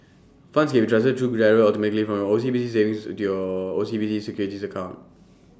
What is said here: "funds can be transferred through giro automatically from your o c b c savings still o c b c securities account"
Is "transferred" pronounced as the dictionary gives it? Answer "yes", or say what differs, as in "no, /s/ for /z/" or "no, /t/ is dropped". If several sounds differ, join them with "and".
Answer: no, /n/ is dropped and /f/ is dropped